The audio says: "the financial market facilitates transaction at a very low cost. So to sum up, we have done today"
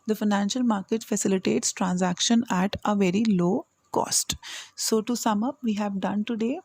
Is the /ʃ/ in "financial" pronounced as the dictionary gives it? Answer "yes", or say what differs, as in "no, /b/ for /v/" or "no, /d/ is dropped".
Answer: yes